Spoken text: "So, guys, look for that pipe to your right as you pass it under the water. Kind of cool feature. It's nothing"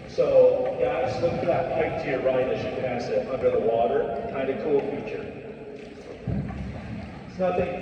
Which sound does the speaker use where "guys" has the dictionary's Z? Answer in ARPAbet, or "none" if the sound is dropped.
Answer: S